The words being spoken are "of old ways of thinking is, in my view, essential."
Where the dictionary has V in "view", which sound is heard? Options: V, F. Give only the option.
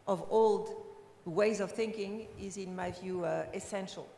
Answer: V